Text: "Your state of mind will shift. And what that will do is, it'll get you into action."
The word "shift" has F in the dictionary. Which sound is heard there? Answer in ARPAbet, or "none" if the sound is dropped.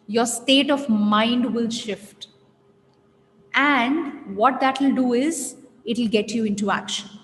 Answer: F